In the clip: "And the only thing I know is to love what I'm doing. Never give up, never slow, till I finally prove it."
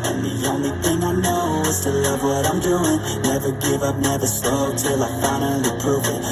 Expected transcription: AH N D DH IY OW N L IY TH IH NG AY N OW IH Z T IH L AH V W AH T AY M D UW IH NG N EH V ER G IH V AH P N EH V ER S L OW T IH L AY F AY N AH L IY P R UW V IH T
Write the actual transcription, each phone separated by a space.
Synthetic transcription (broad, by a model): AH N DH IY OW N L IY TH IH NG AY N OW IH Z T IH L AH V W AH T AY M D UW IH NG N EH V ER G IH V AH P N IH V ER S OW T IH L AY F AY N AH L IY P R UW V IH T